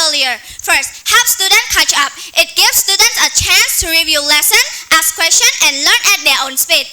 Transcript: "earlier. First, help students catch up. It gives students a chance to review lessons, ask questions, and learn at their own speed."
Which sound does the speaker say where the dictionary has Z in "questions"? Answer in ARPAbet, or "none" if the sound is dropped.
none